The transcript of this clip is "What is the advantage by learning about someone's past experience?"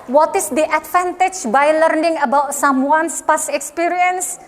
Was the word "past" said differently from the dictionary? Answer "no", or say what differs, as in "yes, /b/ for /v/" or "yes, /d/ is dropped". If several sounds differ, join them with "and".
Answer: yes, /t/ is dropped